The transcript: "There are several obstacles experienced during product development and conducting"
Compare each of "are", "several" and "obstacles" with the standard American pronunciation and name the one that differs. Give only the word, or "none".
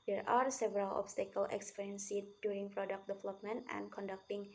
obstacles